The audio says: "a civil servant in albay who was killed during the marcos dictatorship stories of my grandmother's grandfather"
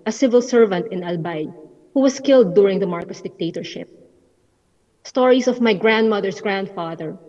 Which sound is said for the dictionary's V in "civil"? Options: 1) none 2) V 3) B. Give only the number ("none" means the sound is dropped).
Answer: 2